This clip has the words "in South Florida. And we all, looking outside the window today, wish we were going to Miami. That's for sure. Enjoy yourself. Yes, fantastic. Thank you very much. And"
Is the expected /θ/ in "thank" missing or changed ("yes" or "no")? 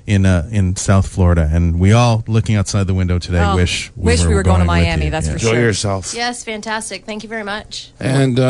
no